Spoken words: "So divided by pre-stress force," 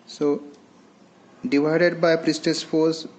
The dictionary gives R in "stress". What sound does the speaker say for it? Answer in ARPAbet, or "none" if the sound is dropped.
none